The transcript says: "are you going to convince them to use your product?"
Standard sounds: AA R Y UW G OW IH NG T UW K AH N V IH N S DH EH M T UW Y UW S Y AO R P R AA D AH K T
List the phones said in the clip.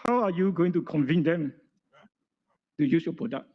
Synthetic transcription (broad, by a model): AA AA Y UW G OW IH NG T UW K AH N V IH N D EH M T UW Y UW S Y AO P R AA D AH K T